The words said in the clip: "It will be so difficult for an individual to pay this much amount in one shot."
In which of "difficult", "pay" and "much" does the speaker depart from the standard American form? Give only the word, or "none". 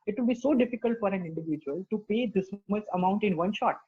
much